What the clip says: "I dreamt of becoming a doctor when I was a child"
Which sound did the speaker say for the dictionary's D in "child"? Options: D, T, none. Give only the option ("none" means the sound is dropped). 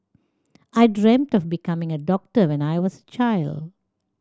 D